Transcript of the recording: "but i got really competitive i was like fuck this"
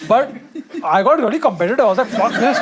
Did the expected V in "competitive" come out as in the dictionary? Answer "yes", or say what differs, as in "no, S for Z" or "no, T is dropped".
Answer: no, V is dropped